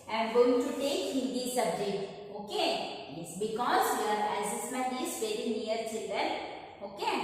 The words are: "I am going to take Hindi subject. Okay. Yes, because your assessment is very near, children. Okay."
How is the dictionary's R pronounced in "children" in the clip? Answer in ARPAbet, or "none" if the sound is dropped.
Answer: none